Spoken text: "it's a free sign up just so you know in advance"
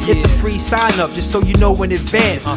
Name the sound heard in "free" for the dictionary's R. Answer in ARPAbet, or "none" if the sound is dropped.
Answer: R